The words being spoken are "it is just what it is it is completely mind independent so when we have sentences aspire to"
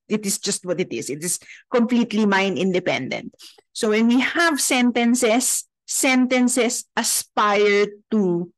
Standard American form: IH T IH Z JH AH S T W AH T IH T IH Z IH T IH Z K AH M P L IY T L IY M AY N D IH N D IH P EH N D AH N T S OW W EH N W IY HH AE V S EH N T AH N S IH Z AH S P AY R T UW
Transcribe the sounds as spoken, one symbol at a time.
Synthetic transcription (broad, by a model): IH T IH S JH AH S T W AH T IH T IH S IH T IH S K AH M P L IY T L IY M AY N IH N D IH P EH N D AH N T S OW W EH N W IY HH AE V S EH N T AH N S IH S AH S P AY R T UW